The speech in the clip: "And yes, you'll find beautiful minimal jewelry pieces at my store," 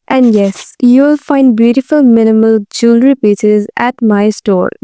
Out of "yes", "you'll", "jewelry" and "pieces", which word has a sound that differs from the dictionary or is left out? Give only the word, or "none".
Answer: none